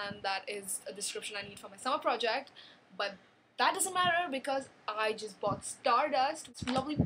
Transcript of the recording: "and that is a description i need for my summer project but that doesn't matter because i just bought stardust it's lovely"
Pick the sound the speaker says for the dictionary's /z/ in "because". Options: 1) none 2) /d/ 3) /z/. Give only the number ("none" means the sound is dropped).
3